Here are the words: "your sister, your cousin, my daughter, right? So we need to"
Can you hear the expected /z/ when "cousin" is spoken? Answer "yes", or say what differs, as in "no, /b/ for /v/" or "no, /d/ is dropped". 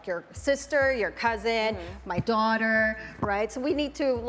yes